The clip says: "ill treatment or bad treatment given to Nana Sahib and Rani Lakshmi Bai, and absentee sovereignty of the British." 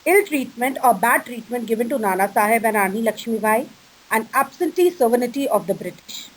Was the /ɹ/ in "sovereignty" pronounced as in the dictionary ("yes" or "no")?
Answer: no